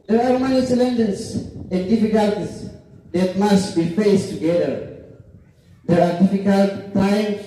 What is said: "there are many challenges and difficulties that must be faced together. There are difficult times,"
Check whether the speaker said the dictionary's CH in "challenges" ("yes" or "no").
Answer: no